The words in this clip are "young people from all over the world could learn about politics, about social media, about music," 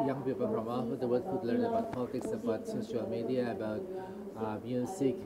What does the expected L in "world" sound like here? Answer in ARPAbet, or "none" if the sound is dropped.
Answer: none